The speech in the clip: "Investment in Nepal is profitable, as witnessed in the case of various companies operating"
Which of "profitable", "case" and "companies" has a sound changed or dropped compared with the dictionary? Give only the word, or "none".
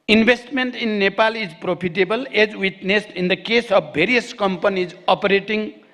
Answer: profitable